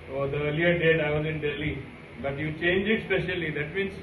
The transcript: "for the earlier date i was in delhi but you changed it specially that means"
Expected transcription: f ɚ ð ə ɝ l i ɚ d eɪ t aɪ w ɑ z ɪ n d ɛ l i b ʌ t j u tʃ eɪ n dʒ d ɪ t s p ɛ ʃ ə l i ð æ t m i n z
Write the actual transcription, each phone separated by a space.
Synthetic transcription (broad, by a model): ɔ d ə ɝ l i ɚ d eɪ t aɪ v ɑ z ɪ n d ɛ l i b ʌ t j u tʃ eɪ n dʒ ɪ t s p ɛ ʃ ə l i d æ t m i n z